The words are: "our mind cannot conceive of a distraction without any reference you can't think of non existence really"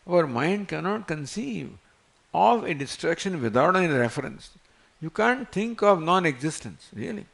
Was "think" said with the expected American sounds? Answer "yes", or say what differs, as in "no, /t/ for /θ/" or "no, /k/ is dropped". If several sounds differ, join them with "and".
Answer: no, /t/ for /θ/